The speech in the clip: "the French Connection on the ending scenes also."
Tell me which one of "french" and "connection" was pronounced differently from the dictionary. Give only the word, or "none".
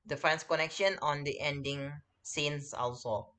french